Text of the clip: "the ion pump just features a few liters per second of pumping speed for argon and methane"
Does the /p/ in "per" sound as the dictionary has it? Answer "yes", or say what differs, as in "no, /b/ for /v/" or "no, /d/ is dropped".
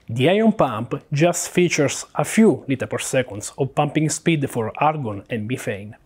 yes